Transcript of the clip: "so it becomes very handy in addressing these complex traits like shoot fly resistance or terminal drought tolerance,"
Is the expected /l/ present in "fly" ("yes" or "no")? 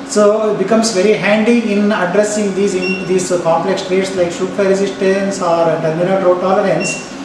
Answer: no